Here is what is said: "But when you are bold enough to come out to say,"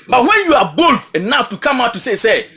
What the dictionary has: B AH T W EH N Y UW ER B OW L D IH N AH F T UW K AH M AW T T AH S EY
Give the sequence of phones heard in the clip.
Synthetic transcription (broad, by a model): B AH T W EH N Y UW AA B OW L D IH N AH F T UW K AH M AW T S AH S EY